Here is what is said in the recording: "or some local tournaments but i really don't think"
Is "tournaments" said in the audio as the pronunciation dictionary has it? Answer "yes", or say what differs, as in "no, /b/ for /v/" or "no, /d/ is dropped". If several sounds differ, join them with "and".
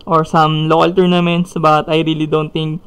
yes